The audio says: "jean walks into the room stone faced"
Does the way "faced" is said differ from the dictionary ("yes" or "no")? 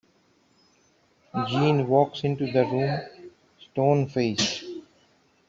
yes